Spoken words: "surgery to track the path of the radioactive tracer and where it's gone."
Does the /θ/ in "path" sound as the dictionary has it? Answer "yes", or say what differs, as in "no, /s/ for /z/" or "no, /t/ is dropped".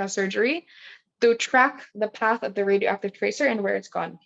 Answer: yes